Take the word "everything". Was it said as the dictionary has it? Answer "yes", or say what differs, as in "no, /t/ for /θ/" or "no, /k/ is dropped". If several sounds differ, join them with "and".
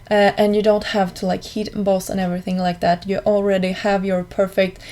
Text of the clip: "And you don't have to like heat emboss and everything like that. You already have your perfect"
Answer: yes